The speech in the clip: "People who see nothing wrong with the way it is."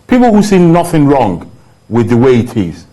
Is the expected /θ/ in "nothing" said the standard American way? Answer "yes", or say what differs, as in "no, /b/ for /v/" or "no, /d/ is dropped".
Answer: yes